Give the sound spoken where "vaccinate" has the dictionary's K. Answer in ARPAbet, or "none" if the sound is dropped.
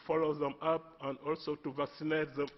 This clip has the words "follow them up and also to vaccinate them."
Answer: K